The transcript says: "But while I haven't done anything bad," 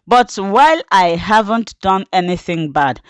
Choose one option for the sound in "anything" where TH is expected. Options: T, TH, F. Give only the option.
TH